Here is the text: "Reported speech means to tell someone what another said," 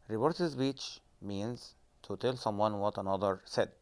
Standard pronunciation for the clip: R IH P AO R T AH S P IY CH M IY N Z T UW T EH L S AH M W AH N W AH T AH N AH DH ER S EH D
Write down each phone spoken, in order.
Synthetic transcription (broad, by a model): R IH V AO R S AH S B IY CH M IY N Z T UW T EH L S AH M W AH N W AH T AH N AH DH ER S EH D